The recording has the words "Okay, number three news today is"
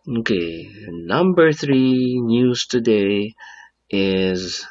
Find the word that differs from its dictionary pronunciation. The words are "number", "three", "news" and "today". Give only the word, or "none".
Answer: none